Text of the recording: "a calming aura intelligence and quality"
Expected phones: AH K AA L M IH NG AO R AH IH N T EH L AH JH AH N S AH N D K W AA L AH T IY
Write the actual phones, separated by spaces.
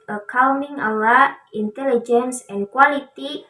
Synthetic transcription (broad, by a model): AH K AA W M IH NG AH L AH IH N T EH L AH JH AH N S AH N K W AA L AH T IY